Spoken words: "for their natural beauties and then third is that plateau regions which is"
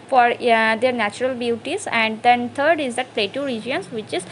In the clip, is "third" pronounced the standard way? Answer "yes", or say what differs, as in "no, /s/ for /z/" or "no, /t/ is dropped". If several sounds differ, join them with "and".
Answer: no, /t/ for /θ/